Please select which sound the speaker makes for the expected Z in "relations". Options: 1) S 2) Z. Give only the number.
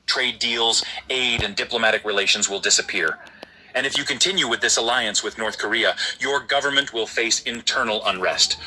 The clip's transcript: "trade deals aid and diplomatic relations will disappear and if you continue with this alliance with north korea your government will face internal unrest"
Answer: 2